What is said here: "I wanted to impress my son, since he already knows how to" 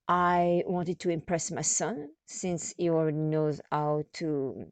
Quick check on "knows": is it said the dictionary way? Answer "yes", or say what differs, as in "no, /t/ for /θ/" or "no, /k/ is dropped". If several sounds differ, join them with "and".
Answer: yes